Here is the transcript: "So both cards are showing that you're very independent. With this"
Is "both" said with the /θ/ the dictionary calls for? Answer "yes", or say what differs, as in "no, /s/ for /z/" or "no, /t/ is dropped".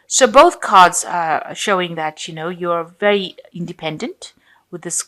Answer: yes